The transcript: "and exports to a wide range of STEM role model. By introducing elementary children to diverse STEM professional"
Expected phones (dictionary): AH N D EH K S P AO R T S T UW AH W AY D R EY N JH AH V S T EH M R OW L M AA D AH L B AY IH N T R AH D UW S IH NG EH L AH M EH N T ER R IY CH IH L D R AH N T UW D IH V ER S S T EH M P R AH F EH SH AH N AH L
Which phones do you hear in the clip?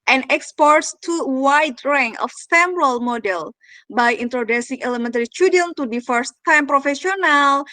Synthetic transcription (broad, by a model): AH N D EH K S P AO R T S T UW W AY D R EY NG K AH F S T EH M R OW L M AA D AH L B AY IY N T R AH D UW S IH NG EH L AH M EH N T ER R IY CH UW D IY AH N T UW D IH F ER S S T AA M P R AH F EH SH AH N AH L